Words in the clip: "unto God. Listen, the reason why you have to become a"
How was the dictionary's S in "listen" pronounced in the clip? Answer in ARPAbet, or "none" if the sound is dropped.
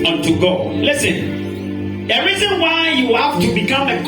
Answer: S